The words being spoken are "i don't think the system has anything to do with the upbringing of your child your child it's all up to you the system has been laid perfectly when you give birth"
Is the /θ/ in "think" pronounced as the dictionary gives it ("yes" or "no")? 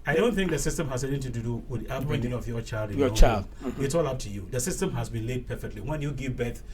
yes